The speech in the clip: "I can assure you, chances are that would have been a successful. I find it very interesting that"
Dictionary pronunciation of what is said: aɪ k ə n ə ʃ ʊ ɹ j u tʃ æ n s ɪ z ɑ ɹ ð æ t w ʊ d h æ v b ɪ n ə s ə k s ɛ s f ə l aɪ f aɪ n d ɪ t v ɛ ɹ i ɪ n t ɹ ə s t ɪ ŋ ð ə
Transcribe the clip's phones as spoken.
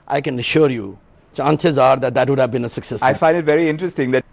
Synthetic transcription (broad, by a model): aɪ k ə n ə ʃ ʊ ɹ j u tʃ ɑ n s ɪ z ɑ ɹ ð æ t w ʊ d h æ v b ɪ n ə s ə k s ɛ s ə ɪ f aɪ n d ɪ t v ɛ ɹ i ɪ n t ɹ ə s t ɪ ŋ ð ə